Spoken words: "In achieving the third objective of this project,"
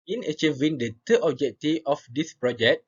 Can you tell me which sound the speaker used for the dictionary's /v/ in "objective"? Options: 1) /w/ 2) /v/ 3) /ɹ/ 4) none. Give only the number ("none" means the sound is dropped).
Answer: 4